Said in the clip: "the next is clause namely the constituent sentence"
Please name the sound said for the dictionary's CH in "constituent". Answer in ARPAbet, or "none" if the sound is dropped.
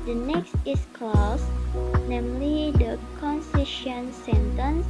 SH